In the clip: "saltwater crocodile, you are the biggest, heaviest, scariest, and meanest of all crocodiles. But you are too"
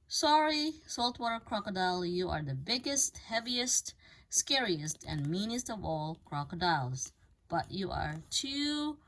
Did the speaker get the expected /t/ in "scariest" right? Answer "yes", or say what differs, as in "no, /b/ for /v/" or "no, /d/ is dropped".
yes